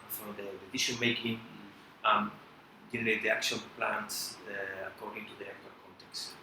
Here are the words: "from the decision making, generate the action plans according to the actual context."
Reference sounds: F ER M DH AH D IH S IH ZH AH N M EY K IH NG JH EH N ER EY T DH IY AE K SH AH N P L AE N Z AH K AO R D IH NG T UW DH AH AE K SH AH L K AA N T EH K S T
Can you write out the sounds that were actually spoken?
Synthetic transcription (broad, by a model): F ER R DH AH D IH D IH SH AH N M EY K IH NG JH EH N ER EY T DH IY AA K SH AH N P L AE N S AH K AO R D IH NG T UW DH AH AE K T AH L K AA N T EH K S T